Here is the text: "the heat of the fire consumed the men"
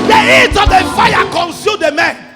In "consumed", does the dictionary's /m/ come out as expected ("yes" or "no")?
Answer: no